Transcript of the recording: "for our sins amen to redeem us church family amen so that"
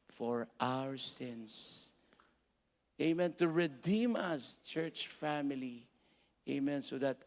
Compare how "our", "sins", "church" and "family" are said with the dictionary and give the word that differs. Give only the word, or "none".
sins